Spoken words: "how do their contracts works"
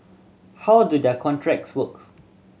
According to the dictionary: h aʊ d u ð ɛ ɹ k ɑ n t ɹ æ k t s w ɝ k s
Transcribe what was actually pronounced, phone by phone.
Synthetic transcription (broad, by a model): h aʊ d u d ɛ k ɑ n t ɹ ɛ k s w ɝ k